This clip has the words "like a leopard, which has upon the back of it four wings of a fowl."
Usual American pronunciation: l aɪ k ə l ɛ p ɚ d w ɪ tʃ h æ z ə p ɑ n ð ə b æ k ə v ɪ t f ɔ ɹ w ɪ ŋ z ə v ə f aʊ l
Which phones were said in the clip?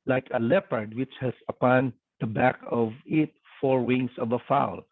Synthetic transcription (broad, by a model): l aɪ k ə l ɛ p ɚ d w ɪ tʃ h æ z ə p ɑ n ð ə b æ k ə v ɪ t f ɔ ɹ w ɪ ŋ s ə v ə f aʊ l